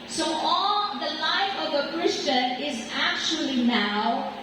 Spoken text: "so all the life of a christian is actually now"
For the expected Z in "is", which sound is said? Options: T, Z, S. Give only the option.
Z